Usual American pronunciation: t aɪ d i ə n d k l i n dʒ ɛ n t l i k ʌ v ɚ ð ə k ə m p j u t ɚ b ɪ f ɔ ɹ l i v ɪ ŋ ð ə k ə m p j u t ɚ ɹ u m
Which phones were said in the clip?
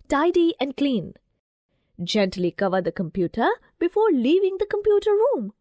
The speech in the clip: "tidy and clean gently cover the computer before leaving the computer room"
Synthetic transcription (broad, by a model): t aɪ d i ə n d k l i n dʒ ɛ n t l i k ʌ v ɚ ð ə k ə m p j u t ɚ b ɪ f ɔ ɹ l i v ɪ ŋ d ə k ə m p j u t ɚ ɹ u m